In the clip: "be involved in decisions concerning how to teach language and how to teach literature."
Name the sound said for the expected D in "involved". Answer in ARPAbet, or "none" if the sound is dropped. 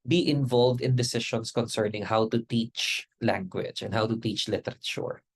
D